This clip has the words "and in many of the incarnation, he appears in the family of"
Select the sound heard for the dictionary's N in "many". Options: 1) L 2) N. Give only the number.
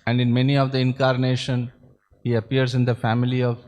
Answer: 2